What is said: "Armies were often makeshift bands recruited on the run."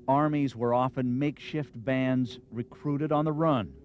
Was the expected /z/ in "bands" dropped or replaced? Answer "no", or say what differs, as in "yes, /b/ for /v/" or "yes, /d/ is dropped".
no